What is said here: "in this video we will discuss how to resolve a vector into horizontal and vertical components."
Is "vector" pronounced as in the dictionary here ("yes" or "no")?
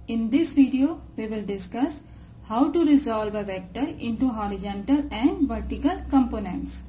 yes